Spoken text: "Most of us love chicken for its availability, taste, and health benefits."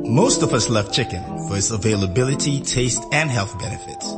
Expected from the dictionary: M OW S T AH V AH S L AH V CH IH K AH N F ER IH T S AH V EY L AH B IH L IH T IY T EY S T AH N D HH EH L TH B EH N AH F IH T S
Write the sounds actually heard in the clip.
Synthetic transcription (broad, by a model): M OW S T AH V AH S L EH F CH IH K AH N F ER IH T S AH V EY L AH B IH L IH T IY T EY S T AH N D HH EH L TH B EH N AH F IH T S